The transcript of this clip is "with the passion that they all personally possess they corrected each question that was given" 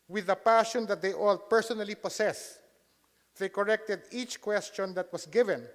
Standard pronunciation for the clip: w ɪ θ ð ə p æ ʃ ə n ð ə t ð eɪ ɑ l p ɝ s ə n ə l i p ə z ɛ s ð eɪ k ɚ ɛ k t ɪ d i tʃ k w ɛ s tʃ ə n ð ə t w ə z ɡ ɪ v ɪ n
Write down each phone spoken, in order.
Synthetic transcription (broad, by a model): w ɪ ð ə p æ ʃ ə n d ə t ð eɪ ɑ l p ɝ s ə n ə l i p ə s ɛ s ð eɪ k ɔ ɛ k t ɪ d i tʃ k w ɛ s tʃ ə n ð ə t w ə s ɡ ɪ v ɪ n